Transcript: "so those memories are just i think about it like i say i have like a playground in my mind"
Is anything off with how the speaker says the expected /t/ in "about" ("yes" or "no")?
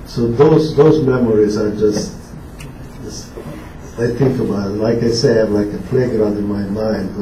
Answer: yes